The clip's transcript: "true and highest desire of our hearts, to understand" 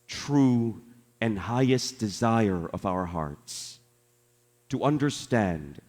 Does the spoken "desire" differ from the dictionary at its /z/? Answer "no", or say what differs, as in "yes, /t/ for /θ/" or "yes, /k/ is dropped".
no